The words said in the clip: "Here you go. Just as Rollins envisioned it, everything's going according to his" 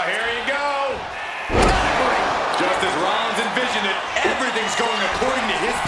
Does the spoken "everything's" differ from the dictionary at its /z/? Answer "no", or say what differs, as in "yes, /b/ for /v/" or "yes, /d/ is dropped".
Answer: no